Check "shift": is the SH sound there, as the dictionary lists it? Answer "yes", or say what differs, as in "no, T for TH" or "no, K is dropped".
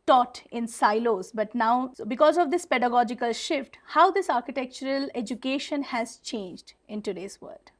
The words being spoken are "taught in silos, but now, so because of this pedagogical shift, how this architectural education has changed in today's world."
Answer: yes